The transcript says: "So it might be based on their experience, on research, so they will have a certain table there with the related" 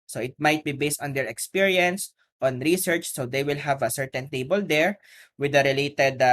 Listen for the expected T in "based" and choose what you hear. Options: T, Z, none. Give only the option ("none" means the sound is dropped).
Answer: T